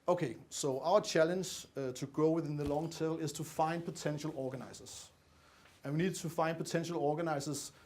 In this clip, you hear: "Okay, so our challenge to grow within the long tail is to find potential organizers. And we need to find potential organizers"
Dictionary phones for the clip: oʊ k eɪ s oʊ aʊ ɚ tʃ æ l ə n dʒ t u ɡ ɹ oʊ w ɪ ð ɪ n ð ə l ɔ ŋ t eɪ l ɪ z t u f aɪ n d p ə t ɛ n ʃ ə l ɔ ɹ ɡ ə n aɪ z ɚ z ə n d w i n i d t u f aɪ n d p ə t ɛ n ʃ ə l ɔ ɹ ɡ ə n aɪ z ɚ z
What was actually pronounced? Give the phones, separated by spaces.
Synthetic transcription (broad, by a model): oʊ k eɪ s oʊ aʊ ɚ tʃ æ l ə n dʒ t u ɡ oʊ w ɪ ð ɪ n ð ə l ɔ ŋ t eɪ l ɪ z t u f aɪ n d p ə t ɛ n ʃ ə l ɔ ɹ ɡ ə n aɪ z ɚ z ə n w i n i d t u f aɪ n d p ə t ɛ n ʃ ə l ɔ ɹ ɡ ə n aɪ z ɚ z